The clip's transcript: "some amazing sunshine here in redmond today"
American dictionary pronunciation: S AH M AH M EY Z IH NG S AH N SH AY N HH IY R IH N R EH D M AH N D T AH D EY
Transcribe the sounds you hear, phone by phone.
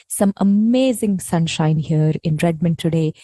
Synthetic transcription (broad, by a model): S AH M AH M EY Z IH NG S AH N SH AY N HH IY R IH N R EH D M AH N D T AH D EY